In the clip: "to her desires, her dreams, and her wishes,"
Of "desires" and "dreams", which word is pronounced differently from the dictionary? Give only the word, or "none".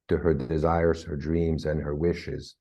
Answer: none